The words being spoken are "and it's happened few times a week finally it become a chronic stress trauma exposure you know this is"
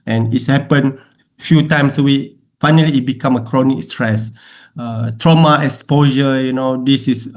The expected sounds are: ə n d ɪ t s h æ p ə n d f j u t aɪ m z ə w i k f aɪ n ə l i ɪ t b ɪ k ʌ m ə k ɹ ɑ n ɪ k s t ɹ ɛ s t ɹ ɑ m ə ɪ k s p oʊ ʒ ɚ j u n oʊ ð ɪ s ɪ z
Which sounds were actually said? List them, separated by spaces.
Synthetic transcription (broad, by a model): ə n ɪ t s h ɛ p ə n f j u t aɪ m s ə w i f aɪ n ə l i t b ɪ k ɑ m ə k ɹ ɑ n ɪ k s t ɹ ɛ s t ɹ ɑ m ə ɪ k s p oʊ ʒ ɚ j u n oʊ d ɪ s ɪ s